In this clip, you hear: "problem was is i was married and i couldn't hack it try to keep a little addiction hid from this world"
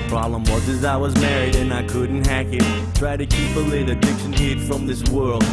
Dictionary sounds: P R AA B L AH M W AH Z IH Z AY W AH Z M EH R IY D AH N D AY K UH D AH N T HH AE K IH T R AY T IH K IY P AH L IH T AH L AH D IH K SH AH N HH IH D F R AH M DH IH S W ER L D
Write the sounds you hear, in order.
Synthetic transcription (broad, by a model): P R AA B L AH M W AH Z IH Z AY W AH Z M EH R IY D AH N AY K UH D N T HH AE K IH T R AY T IH K IY P AH L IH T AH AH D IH K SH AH N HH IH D F R AH M DH IH S W ER L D